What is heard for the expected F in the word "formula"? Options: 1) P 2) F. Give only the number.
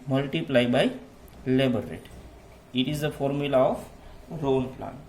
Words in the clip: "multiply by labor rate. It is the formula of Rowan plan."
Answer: 2